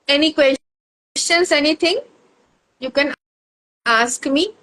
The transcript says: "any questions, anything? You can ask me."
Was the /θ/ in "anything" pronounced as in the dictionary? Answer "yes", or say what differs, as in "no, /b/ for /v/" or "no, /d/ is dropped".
no, /t/ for /θ/